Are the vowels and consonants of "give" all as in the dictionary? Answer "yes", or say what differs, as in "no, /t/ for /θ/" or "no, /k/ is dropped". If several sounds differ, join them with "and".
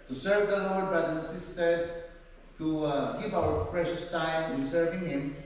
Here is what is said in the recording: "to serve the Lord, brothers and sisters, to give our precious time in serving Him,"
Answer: no, /p/ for /v/